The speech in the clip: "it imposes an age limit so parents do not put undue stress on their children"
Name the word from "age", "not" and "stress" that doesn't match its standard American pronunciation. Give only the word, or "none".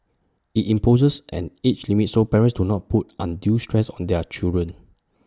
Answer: age